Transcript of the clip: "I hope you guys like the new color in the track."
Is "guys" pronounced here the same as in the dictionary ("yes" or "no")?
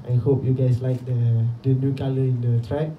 no